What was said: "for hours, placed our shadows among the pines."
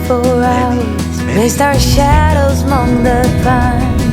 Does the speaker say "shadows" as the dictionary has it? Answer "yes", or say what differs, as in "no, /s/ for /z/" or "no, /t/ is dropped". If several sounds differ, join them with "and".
yes